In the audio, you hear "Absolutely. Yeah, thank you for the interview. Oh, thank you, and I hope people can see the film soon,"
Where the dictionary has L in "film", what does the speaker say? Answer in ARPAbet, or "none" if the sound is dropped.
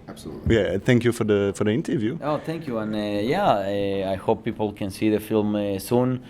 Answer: L